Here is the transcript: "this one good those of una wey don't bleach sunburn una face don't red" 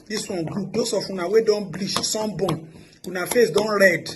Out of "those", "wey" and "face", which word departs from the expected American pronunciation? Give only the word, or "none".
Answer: those